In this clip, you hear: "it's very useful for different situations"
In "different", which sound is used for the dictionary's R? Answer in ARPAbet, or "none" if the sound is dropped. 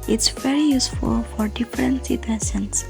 R